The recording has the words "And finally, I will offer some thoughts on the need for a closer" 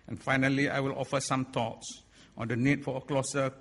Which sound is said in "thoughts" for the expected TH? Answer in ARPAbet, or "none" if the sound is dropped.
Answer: T